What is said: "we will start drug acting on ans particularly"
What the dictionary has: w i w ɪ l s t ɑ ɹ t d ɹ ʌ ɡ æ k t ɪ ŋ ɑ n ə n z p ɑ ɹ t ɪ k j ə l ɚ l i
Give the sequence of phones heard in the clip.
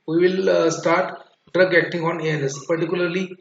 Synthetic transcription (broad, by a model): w i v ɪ l s t ɑ ɹ t d ɹ ʌ ɡ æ k t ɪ ŋ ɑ n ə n s p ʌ ɹ t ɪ k j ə l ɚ l i